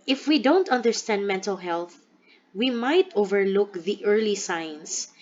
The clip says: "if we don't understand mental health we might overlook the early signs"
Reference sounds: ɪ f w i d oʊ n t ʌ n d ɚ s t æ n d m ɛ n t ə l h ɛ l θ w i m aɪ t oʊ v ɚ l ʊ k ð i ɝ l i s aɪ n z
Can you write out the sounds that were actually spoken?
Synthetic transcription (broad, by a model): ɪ f w i d oʊ n t ʌ n d ɚ s t æ n d m ɛ n t ə l h ɛ l θ w i m aɪ t oʊ v ɚ l ʊ k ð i ɝ l i s aɪ n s